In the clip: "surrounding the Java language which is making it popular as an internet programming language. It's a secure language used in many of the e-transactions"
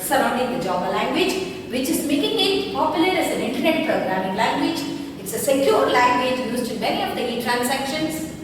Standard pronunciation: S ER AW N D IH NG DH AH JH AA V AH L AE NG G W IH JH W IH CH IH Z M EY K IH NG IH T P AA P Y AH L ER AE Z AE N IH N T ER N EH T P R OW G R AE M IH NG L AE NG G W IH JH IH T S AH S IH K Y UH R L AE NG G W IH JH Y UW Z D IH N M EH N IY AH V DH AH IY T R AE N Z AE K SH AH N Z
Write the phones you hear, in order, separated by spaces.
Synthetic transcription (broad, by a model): S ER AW N D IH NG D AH JH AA B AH L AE NG G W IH JH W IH CH IH Z M EY K IH NG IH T P AA P Y AH L ER AE Z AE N IH N T ER N EH T P R OW G R AE M IH NG L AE NG G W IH JH IH T S AH S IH K Y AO R L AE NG G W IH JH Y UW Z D IH N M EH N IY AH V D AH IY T R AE N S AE K SH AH N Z